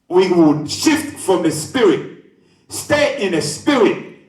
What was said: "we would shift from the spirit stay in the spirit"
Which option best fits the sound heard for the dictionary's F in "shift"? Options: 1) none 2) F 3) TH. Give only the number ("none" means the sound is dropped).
2